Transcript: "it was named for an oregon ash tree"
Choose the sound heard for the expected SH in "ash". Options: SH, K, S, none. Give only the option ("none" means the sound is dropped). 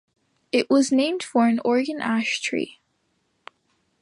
SH